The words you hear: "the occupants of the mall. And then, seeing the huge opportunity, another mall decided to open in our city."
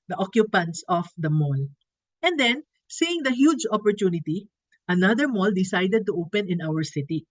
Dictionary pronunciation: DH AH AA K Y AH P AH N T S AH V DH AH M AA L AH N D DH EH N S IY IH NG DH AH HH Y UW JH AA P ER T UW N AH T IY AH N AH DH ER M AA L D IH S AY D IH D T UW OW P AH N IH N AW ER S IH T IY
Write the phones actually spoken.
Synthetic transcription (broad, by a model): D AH AA K Y AH P AH N T S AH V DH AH M AA L AH N D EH N S IY IH NG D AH HH Y UW JH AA P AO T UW N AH T IY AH N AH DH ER M AA L D IH S AY D IH D T UW OW P AH N IH N AW ER S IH T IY